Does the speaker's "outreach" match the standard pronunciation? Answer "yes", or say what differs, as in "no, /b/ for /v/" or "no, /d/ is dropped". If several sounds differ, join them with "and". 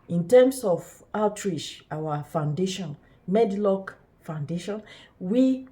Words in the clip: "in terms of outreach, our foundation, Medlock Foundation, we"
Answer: no, /ʃ/ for /tʃ/